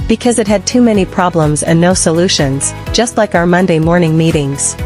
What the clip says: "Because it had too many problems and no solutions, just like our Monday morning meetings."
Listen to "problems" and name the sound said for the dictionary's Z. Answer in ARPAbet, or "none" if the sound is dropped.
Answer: Z